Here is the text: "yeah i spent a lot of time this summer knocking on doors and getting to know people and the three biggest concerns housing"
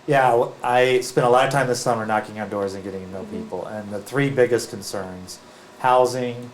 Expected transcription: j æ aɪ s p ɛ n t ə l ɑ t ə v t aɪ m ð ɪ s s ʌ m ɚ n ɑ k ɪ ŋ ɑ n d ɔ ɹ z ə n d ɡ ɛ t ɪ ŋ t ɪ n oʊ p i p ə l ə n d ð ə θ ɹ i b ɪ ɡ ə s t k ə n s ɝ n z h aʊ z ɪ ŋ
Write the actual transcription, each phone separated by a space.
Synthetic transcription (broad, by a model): j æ aɪ s p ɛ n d ə l ɑ t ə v t aɪ m ð ɪ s s ʌ m ɚ n ɑ k ɪ ŋ ɑ n d ɔ ɹ z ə n ɡ ɛ t ɪ ŋ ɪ n oʊ p i p l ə n ð ə θ ɹ i b ɪ ɡ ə s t k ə n s ɝ n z h aʊ z ɪ ŋ